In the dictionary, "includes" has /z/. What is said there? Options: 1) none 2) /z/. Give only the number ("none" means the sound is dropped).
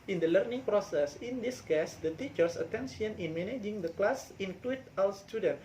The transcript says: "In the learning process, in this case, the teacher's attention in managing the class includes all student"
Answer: 1